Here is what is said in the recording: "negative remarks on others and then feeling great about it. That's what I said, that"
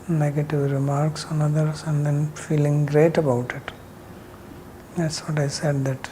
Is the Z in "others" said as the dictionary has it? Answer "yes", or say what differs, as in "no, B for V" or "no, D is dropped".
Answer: no, S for Z